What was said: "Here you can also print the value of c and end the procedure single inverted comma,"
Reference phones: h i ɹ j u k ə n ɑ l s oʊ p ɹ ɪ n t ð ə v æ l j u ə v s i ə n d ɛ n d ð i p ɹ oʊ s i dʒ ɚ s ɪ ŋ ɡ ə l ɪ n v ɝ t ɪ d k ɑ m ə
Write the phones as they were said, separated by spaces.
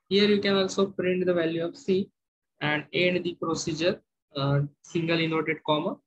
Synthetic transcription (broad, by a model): h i ɹ j u k ə n ɑ l s oʊ p ɹ ɪ n t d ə v æ l j u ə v s i ə n d ɛ n d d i p ɹ oʊ s i dʒ ɚ s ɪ ŋ ɡ ə l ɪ n ɔ t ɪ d k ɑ m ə